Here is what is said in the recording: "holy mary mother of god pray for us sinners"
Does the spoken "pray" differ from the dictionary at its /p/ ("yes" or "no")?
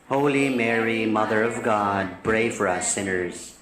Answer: yes